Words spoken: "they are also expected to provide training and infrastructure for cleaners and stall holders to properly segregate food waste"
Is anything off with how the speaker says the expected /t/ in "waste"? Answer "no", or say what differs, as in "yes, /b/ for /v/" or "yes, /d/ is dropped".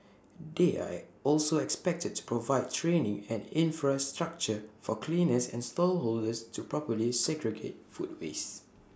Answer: yes, /t/ is dropped